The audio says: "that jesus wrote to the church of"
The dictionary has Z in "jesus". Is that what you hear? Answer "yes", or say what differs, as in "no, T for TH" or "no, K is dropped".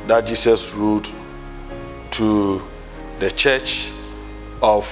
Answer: no, S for Z